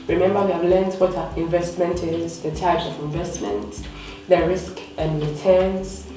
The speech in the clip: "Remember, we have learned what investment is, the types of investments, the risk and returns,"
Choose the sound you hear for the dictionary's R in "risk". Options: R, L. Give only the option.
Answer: R